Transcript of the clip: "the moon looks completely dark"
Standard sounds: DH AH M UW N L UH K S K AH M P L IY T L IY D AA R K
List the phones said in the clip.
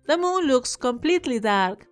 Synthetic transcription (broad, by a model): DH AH M UW N L UH K S K AH M P L IY T L IY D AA R K